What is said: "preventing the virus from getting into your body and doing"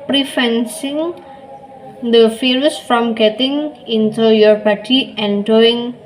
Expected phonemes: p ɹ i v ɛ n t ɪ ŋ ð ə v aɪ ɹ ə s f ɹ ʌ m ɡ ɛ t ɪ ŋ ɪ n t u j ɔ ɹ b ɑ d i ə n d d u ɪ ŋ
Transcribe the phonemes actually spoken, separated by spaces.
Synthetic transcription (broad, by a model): p ɹ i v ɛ n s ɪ ŋ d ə f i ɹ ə s f ɹ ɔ m ɡ ɛ t ɪ ŋ ɪ n t u j ɔ ɹ b ɑ d i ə n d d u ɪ ŋ